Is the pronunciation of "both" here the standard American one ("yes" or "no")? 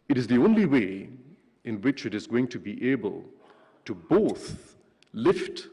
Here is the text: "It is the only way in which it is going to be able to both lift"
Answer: yes